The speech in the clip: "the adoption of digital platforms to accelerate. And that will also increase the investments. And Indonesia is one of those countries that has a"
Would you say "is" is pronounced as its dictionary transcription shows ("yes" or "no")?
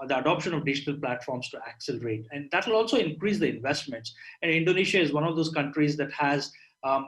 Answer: yes